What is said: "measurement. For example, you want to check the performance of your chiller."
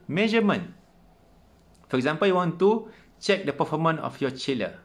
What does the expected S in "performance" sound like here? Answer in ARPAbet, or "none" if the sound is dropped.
none